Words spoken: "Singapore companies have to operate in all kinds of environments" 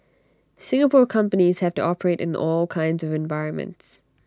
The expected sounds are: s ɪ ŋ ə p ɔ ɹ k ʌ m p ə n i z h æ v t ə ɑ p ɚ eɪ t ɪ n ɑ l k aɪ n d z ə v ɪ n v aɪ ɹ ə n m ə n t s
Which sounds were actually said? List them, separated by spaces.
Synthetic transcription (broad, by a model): s ɪ ŋ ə p ɔ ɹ k ʌ m p ə n i z h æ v t ə ɑ p ɚ eɪ t ɪ n ɑ l k aɪ n d z ə v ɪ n v aɪ ɹ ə n m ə n t s